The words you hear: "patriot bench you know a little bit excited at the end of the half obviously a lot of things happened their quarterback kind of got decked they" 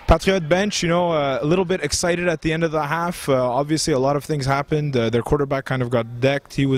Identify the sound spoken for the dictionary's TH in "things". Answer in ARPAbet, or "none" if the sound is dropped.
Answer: TH